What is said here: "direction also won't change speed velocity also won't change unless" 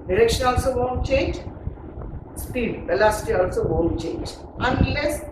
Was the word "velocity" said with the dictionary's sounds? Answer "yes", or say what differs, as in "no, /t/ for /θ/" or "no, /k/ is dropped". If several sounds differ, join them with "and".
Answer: no, /b/ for /v/